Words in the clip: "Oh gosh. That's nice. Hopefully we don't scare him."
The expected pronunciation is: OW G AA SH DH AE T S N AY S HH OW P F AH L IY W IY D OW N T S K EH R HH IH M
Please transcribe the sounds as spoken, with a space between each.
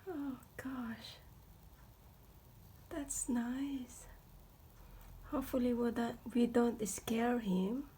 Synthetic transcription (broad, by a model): OW G AA SH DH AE T S N AY S HH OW P F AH L IY W IY D OW N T S K EH R HH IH M